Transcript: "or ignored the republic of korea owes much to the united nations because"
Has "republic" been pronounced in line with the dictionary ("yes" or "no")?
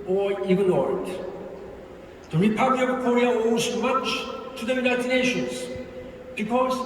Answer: no